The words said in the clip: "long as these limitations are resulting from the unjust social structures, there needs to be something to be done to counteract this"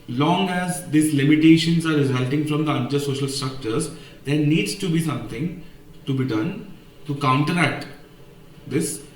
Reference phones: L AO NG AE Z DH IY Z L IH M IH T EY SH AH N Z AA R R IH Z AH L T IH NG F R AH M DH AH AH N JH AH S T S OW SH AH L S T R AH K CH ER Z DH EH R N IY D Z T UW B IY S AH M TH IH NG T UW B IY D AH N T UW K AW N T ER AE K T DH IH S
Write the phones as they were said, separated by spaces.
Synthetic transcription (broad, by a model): L AO NG AE Z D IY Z L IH M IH T EY SH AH N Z AA R R IH Z AH L T IH NG F R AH M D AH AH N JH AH T S OW SH AH L S T R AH K CH ER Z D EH R N IY D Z T UW B IY S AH M T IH NG T UW B IY D AH N T UW K AW N T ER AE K T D IH S